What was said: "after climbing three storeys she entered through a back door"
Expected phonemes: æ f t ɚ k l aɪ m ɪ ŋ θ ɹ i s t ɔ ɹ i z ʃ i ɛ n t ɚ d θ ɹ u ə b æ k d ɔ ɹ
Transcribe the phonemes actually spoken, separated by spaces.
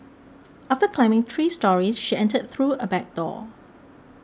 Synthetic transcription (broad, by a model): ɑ f t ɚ k l aɪ m ɪ ŋ t ɹ i s t ɔ ɹ i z ʃ i ɛ n t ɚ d θ ɹ u ə b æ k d ɔ